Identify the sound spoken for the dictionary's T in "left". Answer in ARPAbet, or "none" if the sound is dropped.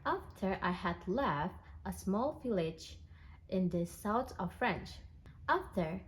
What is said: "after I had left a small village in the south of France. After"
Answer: T